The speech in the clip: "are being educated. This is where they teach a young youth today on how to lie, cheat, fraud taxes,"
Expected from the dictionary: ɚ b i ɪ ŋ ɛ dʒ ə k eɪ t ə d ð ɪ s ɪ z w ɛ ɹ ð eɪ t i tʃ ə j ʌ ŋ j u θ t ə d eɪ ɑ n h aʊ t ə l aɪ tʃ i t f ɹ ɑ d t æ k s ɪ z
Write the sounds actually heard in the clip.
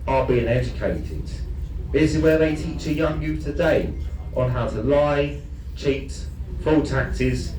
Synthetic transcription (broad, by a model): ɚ b i ɪ ŋ ɛ dʒ ə k eɪ t ə d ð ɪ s ɪ z w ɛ ð eɪ t i tʃ ə j ʌ ŋ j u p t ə d eɪ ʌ n h aʊ t ə l aɪ tʃ i t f ɑ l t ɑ k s ɪ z